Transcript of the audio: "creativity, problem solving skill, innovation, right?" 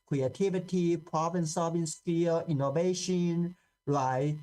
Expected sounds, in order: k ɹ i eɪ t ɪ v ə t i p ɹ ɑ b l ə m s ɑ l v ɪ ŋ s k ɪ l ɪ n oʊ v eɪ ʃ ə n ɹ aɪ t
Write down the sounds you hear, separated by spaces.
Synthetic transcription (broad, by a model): k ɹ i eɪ t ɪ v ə t i p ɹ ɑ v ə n s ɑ v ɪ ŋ s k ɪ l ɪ n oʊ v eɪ ʃ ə n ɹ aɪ